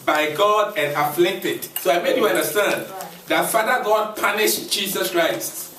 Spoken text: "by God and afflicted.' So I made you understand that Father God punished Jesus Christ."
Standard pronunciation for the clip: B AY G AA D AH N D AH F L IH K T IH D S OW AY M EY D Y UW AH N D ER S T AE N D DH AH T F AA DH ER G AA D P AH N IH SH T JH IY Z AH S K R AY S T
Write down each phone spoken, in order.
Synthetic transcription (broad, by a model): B AY G AA D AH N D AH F L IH T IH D S OW AY M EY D Y UW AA N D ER S T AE N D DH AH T F AA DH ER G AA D P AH N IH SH JH IY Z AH S K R AY S T